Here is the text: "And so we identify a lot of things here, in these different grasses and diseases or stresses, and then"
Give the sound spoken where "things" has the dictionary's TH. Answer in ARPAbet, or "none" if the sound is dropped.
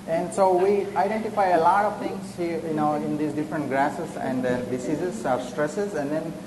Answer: T